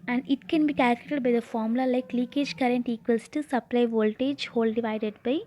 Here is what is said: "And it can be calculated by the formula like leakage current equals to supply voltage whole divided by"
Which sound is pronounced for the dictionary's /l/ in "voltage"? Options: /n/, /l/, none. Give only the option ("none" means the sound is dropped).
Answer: /l/